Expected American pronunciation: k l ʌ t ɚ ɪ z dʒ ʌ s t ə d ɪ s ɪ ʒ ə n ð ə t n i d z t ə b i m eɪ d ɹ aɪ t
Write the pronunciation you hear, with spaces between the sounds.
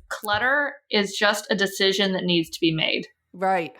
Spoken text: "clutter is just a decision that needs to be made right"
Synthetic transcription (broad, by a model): k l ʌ t ɚ ɪ z dʒ ʌ s t ə d ɪ s ɪ ʒ ə n ð ə t n i d z t ə b i m eɪ d ɹ aɪ t